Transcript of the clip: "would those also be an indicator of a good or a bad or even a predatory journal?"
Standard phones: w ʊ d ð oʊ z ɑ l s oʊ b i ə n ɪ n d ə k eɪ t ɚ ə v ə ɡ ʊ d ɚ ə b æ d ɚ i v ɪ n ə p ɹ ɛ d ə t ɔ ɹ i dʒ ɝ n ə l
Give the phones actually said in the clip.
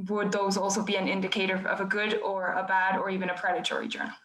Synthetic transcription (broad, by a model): w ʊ d ð oʊ z ɑ l s oʊ b i ə n ɪ n d ə k eɪ t ɚ ə v ə ɡ ʊ d ɚ ə b æ d ɚ i v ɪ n ə p ɹ ɛ d ə t ɔ ɹ i dʒ ɝ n l